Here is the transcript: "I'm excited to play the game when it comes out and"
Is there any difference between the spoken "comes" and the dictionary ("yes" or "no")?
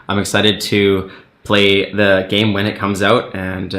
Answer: no